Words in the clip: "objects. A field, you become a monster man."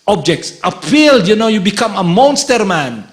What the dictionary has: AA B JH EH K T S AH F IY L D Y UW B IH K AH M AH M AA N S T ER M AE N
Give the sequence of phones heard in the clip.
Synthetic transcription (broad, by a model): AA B JH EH K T S AH P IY L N Y UW B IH K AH M AH M AA N S T ER M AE N